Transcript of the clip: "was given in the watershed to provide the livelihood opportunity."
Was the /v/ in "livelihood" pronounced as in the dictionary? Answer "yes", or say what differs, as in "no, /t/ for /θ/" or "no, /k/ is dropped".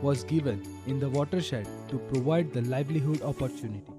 yes